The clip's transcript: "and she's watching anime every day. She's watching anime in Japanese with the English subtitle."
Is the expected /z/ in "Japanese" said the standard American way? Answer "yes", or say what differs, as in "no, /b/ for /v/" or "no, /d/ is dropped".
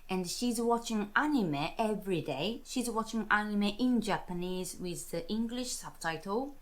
yes